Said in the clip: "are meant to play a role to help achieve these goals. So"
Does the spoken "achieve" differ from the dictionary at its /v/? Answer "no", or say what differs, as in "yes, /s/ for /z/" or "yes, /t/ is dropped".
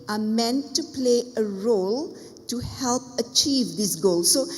no